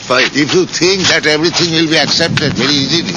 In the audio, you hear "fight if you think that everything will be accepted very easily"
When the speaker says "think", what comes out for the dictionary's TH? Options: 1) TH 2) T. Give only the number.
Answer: 2